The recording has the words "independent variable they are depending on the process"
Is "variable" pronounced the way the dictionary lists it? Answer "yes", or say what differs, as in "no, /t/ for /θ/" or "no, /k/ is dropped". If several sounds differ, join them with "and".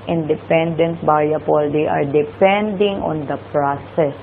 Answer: no, /b/ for /v/